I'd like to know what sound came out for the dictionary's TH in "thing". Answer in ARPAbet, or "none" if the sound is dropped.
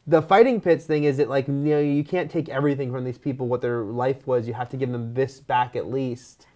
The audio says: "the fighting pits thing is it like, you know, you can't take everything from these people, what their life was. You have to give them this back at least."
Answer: TH